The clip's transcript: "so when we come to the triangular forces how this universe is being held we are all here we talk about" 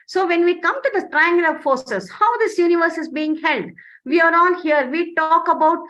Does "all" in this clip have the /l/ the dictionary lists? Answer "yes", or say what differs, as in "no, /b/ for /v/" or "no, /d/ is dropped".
no, /n/ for /l/